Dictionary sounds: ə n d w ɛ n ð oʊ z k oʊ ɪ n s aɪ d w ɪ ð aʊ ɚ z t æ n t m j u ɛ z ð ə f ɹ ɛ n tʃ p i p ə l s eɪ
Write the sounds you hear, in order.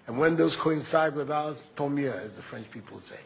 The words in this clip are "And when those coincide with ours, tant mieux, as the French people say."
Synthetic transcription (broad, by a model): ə n w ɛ n ð oʊ z k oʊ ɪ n s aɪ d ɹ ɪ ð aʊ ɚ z t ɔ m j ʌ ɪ z ð ə f ɹ ɛ n tʃ p i p ə l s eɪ